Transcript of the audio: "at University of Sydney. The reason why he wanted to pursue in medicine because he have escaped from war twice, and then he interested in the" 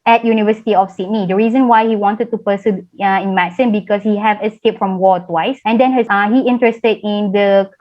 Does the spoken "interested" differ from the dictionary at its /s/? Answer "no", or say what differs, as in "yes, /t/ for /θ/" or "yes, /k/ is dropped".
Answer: no